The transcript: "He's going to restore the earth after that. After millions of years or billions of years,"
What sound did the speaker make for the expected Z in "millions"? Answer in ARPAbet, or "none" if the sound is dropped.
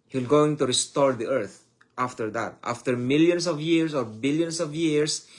S